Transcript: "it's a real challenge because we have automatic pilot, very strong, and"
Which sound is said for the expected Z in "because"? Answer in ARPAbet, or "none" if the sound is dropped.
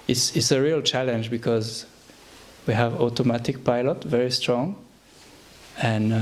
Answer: Z